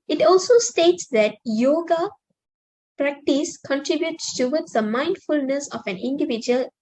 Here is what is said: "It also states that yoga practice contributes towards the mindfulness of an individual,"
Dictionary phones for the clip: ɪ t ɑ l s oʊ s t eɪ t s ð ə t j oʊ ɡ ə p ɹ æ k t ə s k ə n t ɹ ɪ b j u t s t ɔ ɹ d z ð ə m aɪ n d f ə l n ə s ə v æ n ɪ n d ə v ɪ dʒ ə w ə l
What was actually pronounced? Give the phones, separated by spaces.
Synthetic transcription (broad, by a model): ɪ t ɑ l s oʊ s t eɪ t s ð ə t j oʊ ɡ ə p ɹ æ k t ə s k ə n t ɹ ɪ b j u t s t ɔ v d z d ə m aɪ n d f ə l n ə s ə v æ n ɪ n d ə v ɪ dʒ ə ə l